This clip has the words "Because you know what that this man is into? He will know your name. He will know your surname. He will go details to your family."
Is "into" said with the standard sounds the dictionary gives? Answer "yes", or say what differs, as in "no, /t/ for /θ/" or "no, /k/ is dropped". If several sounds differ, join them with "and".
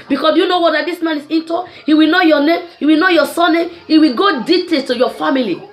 yes